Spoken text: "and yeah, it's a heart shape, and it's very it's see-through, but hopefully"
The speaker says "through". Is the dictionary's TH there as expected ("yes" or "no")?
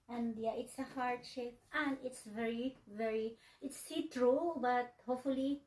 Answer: no